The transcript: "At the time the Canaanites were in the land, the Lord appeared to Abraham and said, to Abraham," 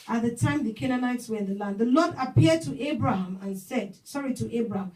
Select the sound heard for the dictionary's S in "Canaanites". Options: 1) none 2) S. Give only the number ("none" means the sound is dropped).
2